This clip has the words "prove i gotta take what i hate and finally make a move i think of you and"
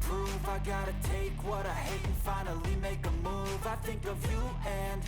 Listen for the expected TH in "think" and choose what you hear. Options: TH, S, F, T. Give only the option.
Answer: TH